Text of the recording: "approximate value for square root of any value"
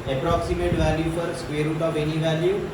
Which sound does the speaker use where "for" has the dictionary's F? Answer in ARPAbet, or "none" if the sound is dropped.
P